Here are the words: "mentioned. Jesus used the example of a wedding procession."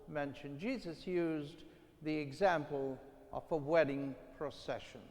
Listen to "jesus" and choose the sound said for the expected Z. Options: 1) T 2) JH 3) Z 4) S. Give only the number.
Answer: 3